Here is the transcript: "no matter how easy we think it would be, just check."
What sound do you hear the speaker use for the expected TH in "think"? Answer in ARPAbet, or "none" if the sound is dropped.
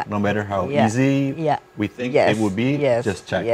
TH